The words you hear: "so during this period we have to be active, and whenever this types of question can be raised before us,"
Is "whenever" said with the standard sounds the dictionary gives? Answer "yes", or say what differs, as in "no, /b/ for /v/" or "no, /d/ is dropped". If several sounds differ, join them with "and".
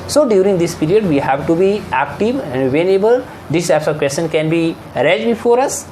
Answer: no, /b/ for /v/